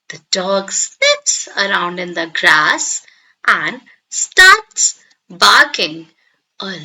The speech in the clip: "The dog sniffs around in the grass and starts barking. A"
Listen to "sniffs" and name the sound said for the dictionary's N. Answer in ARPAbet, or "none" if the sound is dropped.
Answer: L